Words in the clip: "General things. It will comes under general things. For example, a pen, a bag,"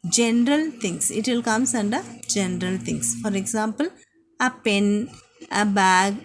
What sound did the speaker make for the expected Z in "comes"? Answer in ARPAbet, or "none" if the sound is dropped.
S